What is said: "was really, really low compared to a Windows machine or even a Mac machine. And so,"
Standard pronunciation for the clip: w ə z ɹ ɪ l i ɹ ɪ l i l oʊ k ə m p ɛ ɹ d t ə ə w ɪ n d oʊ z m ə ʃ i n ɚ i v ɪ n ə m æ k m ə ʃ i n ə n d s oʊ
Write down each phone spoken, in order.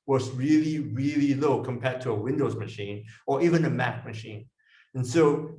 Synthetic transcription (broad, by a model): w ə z ɹ ɪ l i ɹ ɪ l i l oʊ k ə m p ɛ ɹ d t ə ə w ɪ n d oʊ z m ə ʃ i n ɚ i v ɪ n ə m æ k m ə ʃ i n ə n s oʊ